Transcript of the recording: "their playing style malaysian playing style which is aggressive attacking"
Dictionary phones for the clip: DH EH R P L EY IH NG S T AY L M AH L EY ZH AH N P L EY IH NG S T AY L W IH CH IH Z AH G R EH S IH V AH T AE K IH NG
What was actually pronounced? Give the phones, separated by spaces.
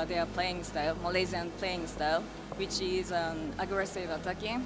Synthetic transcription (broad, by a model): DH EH P L EY IH NG S T AY L M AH L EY Z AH N P L EY IH NG S T AY L W IH CH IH Z AH G R EH S IH V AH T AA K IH